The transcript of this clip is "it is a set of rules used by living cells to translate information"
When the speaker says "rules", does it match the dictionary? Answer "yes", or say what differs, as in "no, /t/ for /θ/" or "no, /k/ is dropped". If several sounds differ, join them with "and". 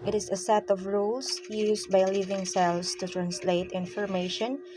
no, /s/ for /z/